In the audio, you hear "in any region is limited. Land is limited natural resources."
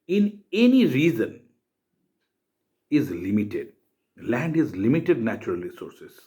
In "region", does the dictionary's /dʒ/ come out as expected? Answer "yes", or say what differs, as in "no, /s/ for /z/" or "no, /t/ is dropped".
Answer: no, /z/ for /dʒ/